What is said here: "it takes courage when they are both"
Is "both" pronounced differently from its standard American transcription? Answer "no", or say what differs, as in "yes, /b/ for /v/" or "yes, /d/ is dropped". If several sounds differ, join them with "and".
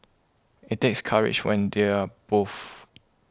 yes, /f/ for /θ/